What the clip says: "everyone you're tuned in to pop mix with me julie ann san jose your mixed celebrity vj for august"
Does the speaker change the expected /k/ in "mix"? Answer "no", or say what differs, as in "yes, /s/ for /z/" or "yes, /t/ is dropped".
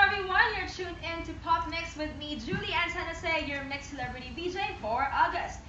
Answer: no